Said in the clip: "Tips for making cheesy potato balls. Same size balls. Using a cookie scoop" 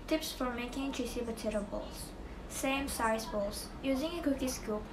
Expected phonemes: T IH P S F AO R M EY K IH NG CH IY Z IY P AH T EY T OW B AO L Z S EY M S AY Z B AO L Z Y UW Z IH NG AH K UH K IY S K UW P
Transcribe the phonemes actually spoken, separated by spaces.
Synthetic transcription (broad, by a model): T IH P S F AO R M EY K IH NG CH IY S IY B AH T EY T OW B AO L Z S EY M S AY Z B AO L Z Y UW Z IH NG AH K UH K IY S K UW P